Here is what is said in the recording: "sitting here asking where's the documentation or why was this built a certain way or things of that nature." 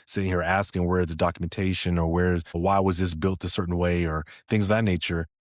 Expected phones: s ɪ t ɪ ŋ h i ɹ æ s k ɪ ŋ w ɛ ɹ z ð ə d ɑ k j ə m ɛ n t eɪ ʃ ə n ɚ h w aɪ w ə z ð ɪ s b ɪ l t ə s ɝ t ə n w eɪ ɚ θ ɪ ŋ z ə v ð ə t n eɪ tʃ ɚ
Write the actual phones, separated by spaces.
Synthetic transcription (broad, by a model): s ɪ t ɪ ŋ h i ɹ æ s k ɪ ŋ w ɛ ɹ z ð ə d ɑ k j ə m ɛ n t eɪ ʃ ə n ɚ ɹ w aɪ w ə z ð ɪ s b ɪ l t ə s ɝ t n w eɪ ɚ θ ɪ ŋ z ð ə t n eɪ tʃ ɚ